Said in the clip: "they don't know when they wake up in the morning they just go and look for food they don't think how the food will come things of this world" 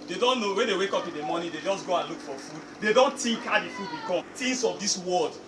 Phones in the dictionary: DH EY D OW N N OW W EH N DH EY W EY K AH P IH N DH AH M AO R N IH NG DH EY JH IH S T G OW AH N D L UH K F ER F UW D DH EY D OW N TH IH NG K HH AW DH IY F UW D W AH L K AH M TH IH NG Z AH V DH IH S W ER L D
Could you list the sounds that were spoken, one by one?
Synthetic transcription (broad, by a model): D EY D OW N N OW W EH N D EY W EY K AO P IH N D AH M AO N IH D EY JH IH S G OW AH N L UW K F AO F UW D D EY D OW N T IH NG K HH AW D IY F UW D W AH K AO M T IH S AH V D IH S W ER L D